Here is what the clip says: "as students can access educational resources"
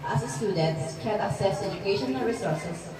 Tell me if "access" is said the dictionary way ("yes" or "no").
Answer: no